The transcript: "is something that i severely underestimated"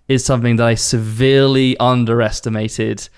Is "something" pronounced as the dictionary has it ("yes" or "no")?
yes